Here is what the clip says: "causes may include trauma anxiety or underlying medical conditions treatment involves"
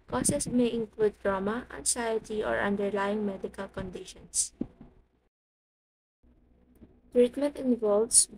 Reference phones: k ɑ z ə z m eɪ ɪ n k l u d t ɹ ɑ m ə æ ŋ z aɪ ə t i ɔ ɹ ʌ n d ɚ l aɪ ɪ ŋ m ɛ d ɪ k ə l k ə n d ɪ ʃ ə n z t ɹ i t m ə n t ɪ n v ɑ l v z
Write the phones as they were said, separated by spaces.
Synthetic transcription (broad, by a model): k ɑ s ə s m eɪ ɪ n k l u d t ɹ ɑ m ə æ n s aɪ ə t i ɔ ɹ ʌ n d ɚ l aɪ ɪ ŋ m ɛ d ɪ k ə l k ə n d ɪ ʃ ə n s t ɹ i t m ə n t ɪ n v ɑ l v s